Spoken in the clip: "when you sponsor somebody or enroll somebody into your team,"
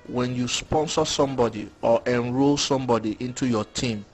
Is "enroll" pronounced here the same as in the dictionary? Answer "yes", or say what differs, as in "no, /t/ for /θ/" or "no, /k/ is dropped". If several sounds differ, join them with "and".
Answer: yes